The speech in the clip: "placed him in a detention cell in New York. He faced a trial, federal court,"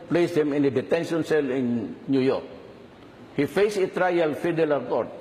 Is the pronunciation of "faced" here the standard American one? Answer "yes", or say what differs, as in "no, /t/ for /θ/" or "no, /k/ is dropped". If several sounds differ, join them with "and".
no, /t/ is dropped